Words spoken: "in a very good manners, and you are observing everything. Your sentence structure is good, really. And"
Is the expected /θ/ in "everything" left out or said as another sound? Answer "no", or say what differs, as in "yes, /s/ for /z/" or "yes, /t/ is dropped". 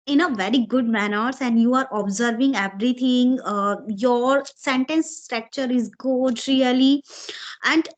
yes, /t/ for /θ/